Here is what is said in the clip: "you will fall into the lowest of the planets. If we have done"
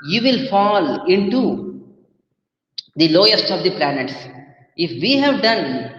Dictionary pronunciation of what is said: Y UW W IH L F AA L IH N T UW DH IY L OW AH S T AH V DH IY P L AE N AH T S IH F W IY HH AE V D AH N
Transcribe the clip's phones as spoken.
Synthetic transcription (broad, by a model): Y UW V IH L F AA L IH N T UW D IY L OW AH S T AH V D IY P L AE N AH T S IH F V IY HH AE V D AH N